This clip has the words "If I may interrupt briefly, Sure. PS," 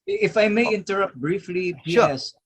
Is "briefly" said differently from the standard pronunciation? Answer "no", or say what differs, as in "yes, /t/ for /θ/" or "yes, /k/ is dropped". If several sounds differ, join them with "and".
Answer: no